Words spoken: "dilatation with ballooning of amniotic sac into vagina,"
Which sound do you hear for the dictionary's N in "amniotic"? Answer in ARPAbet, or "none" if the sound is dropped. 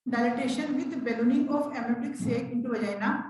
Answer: none